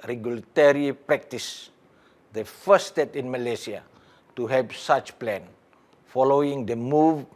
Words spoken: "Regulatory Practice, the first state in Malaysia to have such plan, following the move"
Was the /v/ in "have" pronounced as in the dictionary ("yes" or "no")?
no